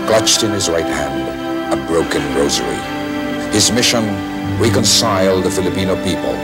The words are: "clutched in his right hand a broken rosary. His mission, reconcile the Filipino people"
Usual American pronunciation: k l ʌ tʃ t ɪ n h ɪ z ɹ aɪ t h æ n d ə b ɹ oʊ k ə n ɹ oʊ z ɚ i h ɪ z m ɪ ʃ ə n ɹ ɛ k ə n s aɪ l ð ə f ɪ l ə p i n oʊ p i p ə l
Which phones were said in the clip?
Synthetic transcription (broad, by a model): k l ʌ tʃ t ɪ n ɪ z ɹ aɪ t h æ n d ə b ɹ oʊ k ə n ɹ oʊ z ɚ i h ɪ z m ɪ ʃ ə n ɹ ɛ k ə n s aɪ l ð ə f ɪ l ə p i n oʊ p i p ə l